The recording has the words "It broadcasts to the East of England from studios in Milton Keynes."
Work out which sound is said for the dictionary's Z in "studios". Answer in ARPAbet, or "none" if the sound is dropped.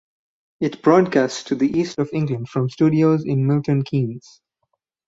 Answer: Z